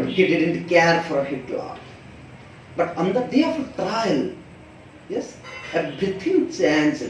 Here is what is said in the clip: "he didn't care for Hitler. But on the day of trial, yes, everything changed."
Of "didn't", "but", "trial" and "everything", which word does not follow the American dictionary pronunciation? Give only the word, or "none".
everything